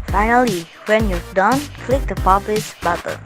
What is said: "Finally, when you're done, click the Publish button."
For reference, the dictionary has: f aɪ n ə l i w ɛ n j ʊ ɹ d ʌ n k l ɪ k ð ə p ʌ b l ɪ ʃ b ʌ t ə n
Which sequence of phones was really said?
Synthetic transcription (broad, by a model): f aɪ n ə l i w ɛ n j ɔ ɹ d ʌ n k l ɪ k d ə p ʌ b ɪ s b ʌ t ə